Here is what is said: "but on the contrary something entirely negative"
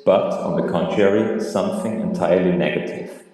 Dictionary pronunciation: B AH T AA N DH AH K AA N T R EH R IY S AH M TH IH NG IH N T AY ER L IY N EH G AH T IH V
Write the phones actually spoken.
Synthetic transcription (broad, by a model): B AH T N DH AH K AA N T R EH R IY S AH M TH IH NG IH N T AY ER L IY N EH G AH T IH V